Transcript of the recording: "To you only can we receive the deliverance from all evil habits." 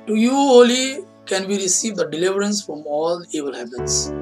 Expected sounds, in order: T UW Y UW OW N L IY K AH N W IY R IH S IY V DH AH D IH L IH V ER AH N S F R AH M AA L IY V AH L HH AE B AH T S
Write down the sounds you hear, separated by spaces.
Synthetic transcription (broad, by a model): T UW Y UW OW L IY K AH N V IY R IH S IY V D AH D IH L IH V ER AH N S F R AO M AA L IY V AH L HH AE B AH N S